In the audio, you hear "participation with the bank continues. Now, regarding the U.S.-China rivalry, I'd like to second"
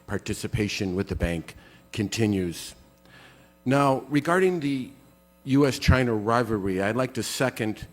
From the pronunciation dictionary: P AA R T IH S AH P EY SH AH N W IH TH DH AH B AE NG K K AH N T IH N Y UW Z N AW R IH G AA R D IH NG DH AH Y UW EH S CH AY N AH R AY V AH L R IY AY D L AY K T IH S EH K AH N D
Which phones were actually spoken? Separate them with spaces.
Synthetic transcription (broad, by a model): P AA R T IH S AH P EY SH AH N W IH DH AH B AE NG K K AH N T IH N Y UW Z N AW R IH G AA R D IH NG DH AH Y UW EH S CH AY N AH R AY V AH R IY AY D L AY K T IH S EH K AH N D